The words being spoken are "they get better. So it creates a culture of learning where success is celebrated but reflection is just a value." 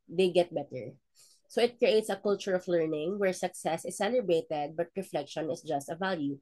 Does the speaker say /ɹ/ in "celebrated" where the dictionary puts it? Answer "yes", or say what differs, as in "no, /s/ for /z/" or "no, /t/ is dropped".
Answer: no, /ɹ/ is dropped